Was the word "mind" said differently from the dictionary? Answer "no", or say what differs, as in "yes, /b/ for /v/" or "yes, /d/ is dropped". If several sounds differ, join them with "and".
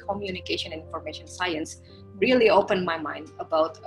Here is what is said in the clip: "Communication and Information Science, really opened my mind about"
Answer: no